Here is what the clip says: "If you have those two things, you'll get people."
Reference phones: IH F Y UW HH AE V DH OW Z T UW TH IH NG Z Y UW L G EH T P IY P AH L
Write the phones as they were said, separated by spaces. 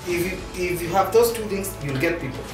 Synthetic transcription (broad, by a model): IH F Y UW HH AE V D OW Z T UW T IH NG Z Y UW L G EH T P IY P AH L